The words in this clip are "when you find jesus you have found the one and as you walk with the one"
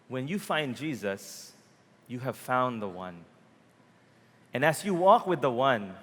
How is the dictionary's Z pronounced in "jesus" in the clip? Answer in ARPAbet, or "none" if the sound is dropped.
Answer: Z